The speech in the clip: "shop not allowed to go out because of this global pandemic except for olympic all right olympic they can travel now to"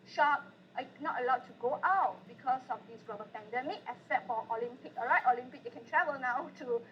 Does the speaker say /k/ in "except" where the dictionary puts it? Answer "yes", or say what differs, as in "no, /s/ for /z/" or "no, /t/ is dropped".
no, /k/ is dropped